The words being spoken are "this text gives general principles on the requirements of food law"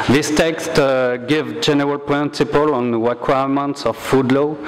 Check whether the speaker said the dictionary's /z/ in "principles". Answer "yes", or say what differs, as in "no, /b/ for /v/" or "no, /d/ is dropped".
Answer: no, /z/ is dropped